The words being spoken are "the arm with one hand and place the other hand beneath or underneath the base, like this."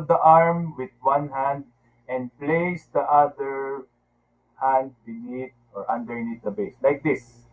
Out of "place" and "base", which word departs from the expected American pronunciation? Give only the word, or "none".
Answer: none